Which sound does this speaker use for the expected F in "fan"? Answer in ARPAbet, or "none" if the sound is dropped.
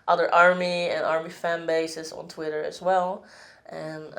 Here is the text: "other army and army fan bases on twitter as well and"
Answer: F